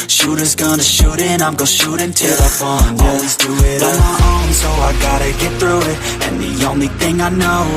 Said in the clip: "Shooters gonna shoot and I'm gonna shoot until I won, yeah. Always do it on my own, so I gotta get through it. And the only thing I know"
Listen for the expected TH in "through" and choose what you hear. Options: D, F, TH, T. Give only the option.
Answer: TH